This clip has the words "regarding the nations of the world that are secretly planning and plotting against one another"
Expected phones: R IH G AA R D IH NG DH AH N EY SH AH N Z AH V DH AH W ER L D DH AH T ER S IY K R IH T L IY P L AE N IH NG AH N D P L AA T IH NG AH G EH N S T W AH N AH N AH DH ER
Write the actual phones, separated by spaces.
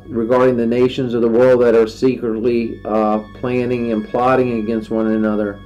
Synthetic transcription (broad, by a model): R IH G AA R D IH NG DH AH N EY SH AH N Z AH V DH AH W ER L D DH AH T ER S IY K R IH T L IY P L AE N IH NG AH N P L AA T IH NG AH G EH N S T W AH N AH N AH DH ER